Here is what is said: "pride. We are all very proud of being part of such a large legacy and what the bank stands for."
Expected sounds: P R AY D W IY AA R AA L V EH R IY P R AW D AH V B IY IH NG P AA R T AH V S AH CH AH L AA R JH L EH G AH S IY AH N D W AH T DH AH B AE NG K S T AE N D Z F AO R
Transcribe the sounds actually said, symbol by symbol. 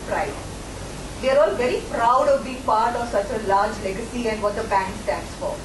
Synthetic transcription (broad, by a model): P R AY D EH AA R AA L V EH R IY P R AW D AH V B IY IH NG P AA R T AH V S AH CH AH L AA R JH L EH G AH S IY AH N D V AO T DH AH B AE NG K S T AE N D S F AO R